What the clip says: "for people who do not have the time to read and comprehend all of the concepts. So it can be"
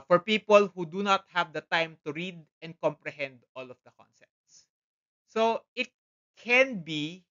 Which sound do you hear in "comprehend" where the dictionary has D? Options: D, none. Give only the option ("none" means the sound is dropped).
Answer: D